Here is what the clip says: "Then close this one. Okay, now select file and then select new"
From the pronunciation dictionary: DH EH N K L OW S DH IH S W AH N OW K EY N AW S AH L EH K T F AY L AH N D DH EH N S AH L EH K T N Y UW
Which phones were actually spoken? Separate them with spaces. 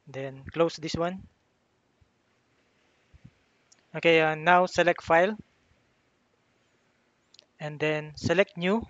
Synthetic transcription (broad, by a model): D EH N K L OW S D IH S W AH N OW K EY N AW S AH L EH K T F AY L AH N D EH N S AH L EH K T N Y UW